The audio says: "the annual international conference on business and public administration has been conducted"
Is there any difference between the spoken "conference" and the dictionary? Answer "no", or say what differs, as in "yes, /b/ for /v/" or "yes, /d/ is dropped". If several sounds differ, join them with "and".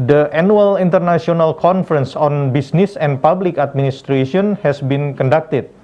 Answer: no